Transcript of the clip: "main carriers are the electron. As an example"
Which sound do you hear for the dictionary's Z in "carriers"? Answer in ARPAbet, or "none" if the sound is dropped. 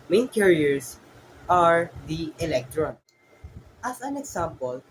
S